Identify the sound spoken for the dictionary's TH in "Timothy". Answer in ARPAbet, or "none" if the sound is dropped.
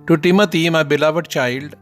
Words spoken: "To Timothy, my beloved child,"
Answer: T